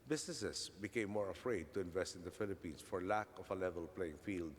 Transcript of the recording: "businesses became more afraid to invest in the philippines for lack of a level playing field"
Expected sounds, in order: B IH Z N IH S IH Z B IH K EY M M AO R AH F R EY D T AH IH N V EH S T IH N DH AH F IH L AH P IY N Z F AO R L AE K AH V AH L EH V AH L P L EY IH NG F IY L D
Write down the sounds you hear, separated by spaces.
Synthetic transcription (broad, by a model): B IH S N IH S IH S B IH K EY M M AO R AH F R EY D T AH IH N V EH S T IH N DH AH F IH L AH P IY N S F AO R L AE K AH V AH L EH V AH L P L EY IH NG F IY L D